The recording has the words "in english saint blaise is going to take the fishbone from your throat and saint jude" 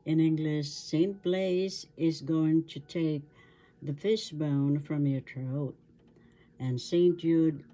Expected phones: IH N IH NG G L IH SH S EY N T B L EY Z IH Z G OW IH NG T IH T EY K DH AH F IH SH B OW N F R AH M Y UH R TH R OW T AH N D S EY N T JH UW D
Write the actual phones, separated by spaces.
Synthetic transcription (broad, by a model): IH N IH NG G L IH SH S EY N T B L EY Z IH Z G OW IH NG T IH T EY K DH AH F IH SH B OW N F R AH M Y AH R T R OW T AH N S EY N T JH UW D